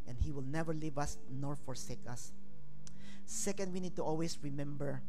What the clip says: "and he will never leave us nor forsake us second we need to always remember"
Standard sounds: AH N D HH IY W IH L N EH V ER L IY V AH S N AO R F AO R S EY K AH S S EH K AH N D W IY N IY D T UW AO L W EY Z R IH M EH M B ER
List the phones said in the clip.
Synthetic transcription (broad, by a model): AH N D HH IY W IH L N EH V ER L IY V AH S N AO R F AO R S EY K AH S S EH K AH N D W IY N IY D T UW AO L W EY S R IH M EH M B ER